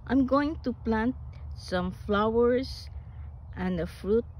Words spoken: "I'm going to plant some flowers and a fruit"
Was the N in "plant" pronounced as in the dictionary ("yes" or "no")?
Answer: yes